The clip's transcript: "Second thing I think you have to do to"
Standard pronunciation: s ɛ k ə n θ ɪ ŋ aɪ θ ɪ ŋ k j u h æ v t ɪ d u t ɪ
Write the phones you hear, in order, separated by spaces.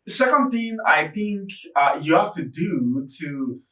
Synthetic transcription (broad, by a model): s ɛ k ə n θ ɪ ŋ aɪ θ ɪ ŋ k j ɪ h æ f t ɪ d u t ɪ